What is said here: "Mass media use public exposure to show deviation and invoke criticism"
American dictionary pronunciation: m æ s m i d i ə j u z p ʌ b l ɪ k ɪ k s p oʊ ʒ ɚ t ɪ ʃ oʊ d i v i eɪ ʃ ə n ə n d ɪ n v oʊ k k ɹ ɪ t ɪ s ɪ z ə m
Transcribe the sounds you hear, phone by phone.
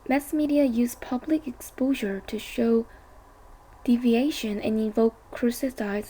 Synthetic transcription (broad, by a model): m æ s m i d i ə j u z p ʌ b l ɪ k ɪ k s p oʊ ʒ ɚ t ɪ ʃ oʊ d i v i eɪ ʃ ə n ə n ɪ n v oʊ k k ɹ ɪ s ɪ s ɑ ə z